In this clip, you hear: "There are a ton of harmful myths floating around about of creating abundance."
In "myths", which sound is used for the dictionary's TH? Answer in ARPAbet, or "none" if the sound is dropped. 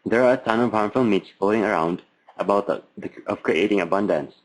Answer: T